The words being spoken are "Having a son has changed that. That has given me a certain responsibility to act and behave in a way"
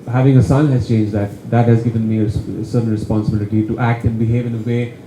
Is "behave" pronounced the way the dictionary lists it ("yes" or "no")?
yes